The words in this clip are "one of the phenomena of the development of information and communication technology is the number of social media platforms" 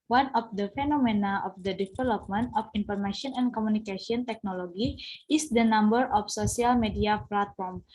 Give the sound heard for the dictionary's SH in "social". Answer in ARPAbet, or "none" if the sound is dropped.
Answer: S